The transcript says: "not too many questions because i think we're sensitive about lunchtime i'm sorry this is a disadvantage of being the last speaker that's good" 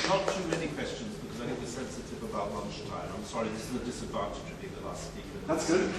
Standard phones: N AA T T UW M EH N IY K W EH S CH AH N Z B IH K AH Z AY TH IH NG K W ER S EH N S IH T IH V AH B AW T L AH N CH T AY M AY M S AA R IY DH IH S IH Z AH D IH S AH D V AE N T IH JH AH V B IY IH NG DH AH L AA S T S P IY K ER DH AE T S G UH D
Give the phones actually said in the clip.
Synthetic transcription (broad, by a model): N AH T T UW M EH N IY K W EH S CH AH N Z B IH K AH Z AY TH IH NG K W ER S EH N S IH T IH V AH B AW T L AH N CH T AY M AY M S AA R IY DH IH S IH Z AH D IH S AH D V AE N T IH JH AH V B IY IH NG DH AH L AA S T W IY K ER DH AE T S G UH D